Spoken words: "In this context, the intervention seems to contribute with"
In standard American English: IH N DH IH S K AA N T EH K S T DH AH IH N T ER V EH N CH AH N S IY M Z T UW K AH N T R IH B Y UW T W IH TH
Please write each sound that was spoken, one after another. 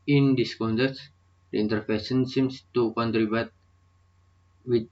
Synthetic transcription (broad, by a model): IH N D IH S K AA N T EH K T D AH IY N T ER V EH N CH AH N S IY M S T UW K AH N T R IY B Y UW T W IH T